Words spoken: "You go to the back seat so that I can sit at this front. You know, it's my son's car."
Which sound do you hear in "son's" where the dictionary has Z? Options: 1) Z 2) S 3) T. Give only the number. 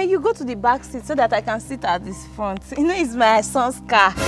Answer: 2